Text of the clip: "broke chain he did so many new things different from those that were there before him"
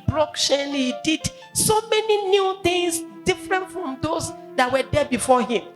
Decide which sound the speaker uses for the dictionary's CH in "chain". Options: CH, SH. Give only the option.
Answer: SH